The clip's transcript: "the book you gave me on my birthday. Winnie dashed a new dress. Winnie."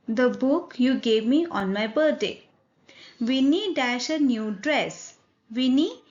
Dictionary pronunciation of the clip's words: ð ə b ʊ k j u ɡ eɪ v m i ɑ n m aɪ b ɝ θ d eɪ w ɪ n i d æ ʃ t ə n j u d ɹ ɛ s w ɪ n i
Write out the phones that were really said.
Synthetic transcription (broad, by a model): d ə b ʊ k j u ɡ eɪ v m i ɑ n m aɪ b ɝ t d eɪ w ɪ n i d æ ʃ ə n j u d ɹ ɛ s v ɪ n i